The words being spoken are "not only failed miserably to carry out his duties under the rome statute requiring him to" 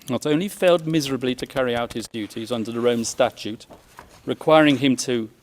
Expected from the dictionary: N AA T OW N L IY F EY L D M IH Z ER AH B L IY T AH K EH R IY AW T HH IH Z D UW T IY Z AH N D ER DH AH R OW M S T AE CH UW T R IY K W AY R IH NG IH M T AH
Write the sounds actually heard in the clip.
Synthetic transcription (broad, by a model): N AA T OW N L IY F EY L D M IH Z ER AH B L IY T AH K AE R IY AW T HH IH Z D UW T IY Z AH N D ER DH AH R OW M S T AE CH UW T R IY K W AY R IH NG IH M T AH